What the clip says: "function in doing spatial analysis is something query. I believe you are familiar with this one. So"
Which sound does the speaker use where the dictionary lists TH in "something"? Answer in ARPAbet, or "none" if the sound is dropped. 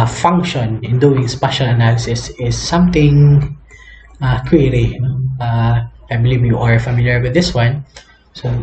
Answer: T